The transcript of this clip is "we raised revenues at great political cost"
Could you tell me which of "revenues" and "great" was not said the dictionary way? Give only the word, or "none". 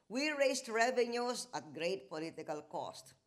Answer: revenues